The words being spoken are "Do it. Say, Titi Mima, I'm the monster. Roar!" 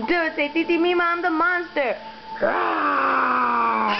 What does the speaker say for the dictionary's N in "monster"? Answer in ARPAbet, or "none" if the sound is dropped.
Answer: none